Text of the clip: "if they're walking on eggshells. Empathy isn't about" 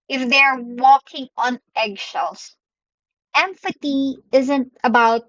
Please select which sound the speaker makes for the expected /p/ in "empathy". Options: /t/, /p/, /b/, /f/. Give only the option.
/f/